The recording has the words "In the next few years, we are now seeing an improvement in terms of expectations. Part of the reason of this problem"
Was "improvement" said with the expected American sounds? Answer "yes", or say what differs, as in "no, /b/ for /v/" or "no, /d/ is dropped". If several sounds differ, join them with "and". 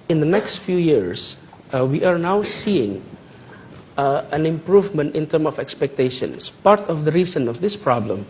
yes